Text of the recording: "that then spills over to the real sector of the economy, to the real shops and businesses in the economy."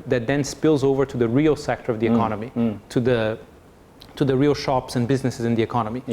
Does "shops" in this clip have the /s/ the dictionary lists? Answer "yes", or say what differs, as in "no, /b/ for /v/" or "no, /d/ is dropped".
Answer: yes